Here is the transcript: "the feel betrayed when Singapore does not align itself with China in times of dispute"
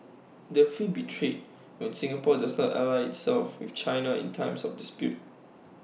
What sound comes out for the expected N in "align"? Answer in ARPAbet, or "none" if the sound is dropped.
none